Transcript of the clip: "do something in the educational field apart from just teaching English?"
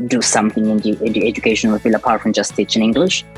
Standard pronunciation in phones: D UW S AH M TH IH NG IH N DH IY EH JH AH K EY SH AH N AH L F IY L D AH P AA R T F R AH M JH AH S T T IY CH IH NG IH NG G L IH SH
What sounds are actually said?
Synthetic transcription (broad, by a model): D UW S AH M TH IH NG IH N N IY EH JH AH K EY SH AH N AH L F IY L AH P AA R T F R AH M JH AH S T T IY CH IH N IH NG G L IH SH